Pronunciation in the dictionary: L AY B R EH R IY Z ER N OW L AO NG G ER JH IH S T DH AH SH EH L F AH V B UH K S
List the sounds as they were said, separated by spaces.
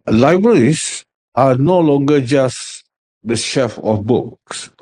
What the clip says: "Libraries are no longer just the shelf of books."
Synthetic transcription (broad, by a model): L AY B R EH R IY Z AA N OW L AO NG G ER JH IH S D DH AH SH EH F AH F B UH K S